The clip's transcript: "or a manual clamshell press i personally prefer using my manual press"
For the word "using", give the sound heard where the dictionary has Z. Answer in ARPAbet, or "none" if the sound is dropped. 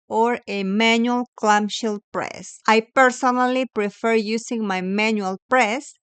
S